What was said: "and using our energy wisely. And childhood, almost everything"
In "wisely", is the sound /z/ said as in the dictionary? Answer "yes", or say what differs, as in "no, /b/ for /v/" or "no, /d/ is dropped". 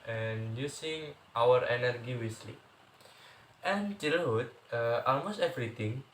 no, /s/ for /z/